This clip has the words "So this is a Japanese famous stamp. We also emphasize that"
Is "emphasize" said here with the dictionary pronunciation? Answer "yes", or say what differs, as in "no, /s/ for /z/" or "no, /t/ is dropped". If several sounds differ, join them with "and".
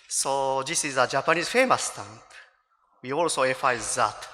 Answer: no, /m/ is dropped and /s/ is dropped